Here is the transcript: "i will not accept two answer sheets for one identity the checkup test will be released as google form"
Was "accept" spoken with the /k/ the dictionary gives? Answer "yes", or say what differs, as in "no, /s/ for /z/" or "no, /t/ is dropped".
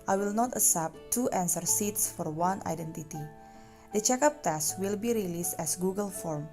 no, /k/ is dropped